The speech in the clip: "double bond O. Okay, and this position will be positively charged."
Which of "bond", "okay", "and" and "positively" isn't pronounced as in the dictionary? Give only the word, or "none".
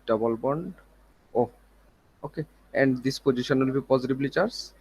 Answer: positively